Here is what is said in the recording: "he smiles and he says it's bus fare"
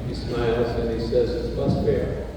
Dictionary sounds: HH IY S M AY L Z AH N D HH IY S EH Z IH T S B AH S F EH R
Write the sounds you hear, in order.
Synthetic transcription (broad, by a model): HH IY S M AY L Z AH N IY S EH Z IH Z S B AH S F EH R